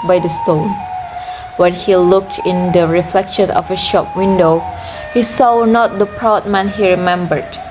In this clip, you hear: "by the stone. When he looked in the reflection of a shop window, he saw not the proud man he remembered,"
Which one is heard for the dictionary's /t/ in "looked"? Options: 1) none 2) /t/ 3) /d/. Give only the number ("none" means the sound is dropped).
2